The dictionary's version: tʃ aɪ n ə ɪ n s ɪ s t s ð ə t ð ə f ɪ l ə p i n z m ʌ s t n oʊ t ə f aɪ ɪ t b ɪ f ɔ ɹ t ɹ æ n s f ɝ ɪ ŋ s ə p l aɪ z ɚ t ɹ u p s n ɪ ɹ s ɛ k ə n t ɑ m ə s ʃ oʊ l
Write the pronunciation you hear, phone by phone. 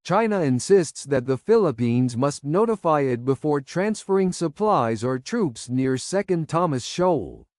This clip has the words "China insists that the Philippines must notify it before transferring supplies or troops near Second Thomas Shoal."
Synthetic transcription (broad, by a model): tʃ aɪ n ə ɪ n s ɪ s t s ð ə t ð ə f ɪ l ə p i n z m ʌ s t n oʊ t ə f aɪ ɪ t b ɪ f ɔ ɹ t ɹ æ n s f ɝ ɪ ŋ s ə p l aɪ z ɚ t ɹ u p s n ɪ ɹ s ɛ k ə n t ɑ m ə s ʃ oʊ l